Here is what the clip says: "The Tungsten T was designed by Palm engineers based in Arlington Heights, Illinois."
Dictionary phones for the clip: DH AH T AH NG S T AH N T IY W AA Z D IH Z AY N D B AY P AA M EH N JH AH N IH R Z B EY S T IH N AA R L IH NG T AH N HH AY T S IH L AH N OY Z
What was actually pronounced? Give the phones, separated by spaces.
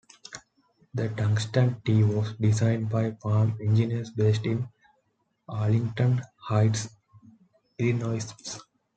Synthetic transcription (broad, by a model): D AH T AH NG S T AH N T IY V AA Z D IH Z AY N D B AY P AA M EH N JH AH N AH R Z B EY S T IH N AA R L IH NG T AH N HH AY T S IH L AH N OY S